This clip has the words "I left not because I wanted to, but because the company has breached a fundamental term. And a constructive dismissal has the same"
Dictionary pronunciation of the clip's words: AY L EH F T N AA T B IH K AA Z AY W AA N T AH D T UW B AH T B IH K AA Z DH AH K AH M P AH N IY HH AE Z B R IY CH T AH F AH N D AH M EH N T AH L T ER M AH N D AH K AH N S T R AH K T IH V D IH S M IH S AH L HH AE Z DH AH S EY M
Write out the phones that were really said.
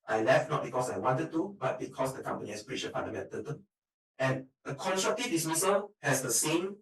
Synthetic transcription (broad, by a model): AY L EH F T N AA T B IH K AA S AY W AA N T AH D T UW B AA T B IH K AA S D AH K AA M P AH N IY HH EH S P R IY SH AH P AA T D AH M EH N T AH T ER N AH N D AH K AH N S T R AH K T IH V D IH S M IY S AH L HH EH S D AH S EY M